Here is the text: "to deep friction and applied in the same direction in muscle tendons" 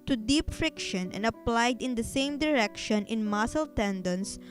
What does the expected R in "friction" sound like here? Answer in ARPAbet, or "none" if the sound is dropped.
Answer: R